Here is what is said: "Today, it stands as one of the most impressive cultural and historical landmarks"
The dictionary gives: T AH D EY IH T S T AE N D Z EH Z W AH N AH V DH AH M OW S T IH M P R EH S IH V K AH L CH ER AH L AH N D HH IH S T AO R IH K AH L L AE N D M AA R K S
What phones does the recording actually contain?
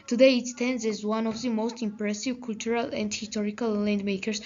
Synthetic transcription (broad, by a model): T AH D EY IH T S T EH N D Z EH Z W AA N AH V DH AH M OW S T IH M P R EH S IH V K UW L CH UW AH L AH N D HH IH S T AO R IH K AH L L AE N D M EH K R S